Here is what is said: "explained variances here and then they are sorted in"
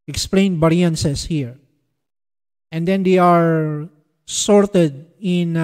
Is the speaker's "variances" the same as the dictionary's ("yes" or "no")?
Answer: no